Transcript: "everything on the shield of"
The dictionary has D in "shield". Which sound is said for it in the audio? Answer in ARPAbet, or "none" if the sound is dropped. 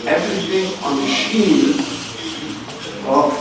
none